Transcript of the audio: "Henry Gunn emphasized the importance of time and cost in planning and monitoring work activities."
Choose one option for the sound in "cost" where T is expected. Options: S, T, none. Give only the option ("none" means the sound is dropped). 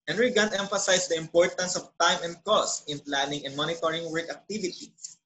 T